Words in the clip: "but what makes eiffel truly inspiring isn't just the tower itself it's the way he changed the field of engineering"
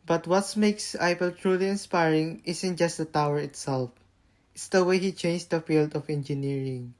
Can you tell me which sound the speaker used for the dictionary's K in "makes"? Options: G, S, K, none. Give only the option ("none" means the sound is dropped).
K